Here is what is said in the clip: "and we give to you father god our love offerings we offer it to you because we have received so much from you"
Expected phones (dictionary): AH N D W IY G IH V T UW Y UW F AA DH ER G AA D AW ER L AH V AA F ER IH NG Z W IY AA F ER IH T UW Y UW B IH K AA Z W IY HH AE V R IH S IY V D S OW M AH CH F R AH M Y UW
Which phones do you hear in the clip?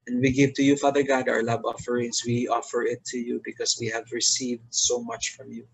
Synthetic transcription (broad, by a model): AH N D W IY G IH V T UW Y UW F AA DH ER G AA D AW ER L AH B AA F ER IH NG S W IY AA F ER IH T UW Y UW B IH K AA S W IY HH AE V R IH S IY V D S OW M AH CH F R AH M Y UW